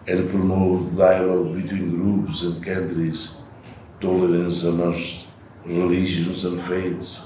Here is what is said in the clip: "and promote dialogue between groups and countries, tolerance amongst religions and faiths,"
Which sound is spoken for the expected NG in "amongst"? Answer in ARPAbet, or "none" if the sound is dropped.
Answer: none